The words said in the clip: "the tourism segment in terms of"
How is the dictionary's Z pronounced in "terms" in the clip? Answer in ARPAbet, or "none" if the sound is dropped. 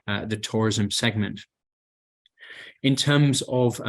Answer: Z